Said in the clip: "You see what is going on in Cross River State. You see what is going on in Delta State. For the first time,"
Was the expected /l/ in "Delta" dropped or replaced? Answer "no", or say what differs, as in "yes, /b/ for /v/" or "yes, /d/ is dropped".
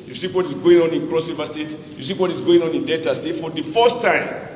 yes, /l/ is dropped